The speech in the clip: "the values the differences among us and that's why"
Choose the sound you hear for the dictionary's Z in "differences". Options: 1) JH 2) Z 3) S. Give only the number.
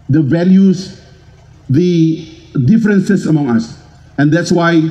3